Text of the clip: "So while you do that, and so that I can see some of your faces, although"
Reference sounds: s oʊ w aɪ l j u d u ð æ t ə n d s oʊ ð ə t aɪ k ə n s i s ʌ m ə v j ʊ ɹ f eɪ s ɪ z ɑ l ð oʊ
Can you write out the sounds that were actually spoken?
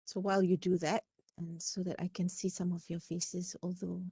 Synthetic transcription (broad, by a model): s oʊ w aɪ l j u d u ð æ t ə n s oʊ ð ə t aɪ k ə n s i s ʌ m ə v j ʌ ɹ f eɪ s ɪ z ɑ l ð oʊ